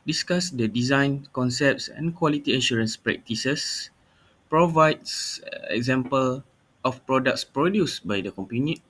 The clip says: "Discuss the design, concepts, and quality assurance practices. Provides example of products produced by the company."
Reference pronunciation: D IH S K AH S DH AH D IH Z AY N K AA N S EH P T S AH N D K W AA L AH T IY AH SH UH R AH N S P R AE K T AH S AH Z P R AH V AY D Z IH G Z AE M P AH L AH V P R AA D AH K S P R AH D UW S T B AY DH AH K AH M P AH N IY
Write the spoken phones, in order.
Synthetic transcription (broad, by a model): D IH S K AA S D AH D IH Z AY N K AA N S EH P T S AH N K W AA L AH T IY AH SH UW R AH N S P R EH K T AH S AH S P R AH V AY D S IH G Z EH M P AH L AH F P R AA D AH K S P R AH D UW S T B AY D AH K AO M P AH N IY